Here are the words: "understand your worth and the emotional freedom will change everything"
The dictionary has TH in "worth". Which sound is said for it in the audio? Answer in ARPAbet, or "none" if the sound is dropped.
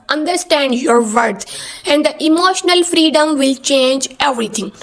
T